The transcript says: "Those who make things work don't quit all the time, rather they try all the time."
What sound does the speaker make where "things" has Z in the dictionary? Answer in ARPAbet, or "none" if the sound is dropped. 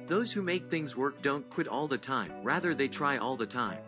Z